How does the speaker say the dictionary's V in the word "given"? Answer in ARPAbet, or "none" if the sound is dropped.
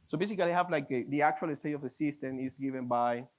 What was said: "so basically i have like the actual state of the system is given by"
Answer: V